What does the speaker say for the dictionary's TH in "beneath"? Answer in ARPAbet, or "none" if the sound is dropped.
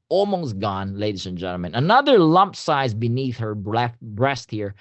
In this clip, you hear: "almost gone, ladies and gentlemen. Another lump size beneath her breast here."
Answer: TH